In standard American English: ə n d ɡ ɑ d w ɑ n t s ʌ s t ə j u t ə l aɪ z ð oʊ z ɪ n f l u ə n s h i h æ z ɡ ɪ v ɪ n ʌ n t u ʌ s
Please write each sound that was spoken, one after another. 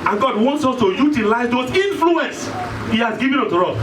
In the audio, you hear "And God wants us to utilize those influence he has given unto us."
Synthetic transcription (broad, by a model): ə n ɡ ɑ d w ɑ n t s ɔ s t ə j u t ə l aɪ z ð oʊ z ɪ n f l u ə n s h i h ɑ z ɡ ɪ v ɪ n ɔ t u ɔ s